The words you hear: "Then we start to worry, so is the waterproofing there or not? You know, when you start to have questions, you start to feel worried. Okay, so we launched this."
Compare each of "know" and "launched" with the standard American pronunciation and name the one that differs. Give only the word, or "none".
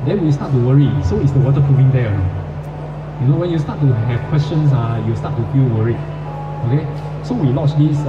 launched